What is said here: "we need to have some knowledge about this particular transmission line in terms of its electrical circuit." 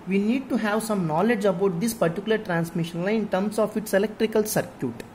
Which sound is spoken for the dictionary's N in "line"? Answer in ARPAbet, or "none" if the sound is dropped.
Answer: none